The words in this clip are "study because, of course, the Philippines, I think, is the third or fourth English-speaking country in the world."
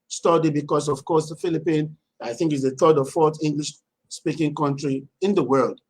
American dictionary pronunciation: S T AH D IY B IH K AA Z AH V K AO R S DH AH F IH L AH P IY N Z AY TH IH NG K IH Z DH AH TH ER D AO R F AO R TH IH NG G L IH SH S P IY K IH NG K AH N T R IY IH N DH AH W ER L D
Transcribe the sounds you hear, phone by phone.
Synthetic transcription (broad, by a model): S T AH D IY B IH K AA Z AH V K AO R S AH F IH L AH P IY N AY TH IH NG K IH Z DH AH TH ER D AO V F AO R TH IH NG G L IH SH S P IY K IH NG K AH N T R IY IH N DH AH W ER L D